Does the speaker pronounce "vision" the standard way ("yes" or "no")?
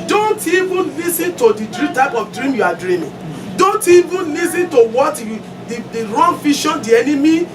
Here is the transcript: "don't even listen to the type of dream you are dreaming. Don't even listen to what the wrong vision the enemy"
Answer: no